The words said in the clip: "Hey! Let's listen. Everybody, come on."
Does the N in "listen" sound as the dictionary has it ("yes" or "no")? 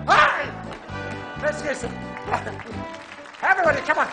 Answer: no